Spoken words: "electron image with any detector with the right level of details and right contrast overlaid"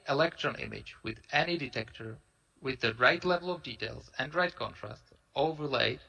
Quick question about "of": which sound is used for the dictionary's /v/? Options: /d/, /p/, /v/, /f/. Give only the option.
/v/